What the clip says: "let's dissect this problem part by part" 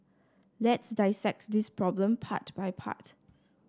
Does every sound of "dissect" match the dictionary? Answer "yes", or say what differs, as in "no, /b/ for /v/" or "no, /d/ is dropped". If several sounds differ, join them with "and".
yes